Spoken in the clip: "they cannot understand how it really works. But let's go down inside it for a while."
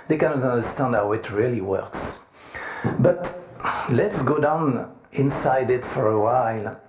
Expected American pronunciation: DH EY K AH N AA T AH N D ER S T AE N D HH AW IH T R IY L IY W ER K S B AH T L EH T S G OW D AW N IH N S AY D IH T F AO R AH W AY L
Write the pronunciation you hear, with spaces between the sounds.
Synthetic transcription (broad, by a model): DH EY K AH N AA T AH N D ER S T AE N D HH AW IH T R IY L IY W ER K S B AH T L EH T S G OW D AW N IH N S AY D IH T F AO R AH W AY L